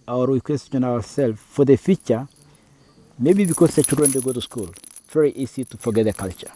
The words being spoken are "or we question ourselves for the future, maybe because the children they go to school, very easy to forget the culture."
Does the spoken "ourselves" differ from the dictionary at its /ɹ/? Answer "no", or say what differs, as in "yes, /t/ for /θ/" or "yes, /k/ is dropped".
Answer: yes, /w/ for /ɹ/